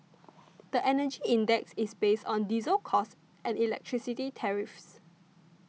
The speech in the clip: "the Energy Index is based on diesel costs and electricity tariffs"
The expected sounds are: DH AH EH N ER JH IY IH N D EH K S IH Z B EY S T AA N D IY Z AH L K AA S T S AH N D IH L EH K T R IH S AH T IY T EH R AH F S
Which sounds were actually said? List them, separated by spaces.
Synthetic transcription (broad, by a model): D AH EH N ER JH IY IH N D EH K S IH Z B EY S T AA N D IY Z AH L K AA S T AH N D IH L EH K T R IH S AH T IY T EH R AH F S